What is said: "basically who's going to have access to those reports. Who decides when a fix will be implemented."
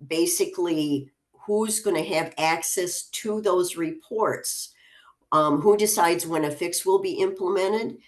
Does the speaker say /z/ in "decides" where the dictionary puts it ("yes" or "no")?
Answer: yes